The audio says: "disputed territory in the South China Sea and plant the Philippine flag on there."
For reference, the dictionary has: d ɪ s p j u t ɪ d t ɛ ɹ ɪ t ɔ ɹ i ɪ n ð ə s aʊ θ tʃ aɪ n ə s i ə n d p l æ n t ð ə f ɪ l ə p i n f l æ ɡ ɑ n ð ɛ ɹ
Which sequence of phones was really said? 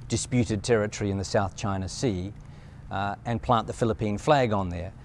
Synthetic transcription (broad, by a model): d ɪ s p j u t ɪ d t ɛ ɹ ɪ t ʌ ɹ i ɪ n ð ə s aʊ θ tʃ aɪ n ə s i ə n p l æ n ð ə f ɪ l ə p i n f l æ ɡ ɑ n ð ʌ ɹ